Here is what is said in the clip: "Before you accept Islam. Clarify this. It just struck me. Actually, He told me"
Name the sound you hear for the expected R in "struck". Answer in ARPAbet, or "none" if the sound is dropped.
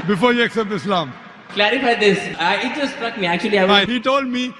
R